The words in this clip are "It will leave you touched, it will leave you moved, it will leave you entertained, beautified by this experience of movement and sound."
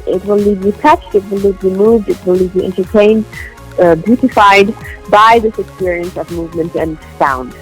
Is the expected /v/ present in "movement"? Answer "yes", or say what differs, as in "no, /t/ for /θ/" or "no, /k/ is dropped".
yes